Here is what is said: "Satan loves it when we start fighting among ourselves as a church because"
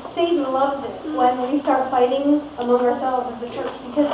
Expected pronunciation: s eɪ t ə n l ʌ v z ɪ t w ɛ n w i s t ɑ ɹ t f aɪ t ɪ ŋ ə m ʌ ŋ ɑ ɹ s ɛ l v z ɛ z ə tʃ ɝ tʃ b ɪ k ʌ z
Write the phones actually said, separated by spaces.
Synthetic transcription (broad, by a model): s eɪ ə l ʌ v z ɪ t w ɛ n w i s t ɑ ɹ t f aɪ t ɪ ŋ ə m ʌ ŋ ɑ ɹ s ɛ l v z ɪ z ə tʃ ɝ tʃ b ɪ k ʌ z